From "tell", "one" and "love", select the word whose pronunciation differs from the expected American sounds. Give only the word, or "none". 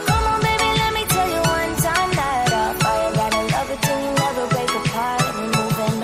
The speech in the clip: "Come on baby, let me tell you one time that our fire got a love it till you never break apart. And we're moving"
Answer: love